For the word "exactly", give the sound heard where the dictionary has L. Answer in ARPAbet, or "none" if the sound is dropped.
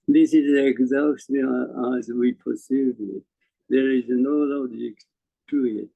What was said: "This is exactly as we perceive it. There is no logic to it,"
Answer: none